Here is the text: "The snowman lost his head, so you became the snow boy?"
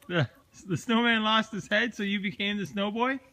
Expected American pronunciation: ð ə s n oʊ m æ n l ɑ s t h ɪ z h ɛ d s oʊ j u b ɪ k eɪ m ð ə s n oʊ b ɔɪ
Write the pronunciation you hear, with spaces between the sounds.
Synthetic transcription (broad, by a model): ð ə s n oʊ m æ n l ɑ s t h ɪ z h ɛ d s oʊ j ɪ b ɪ k eɪ m ð ə s n oʊ b ɔɪ